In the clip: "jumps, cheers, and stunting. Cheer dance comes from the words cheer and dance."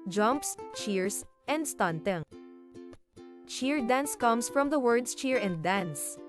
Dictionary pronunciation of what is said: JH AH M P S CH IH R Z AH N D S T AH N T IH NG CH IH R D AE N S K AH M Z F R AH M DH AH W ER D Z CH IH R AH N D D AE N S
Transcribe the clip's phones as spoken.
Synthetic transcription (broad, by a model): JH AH M P S CH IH R S AH N D S T AH N T IH NG CH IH R D AE N S K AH M S F R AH M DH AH W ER D S CH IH R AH N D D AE N S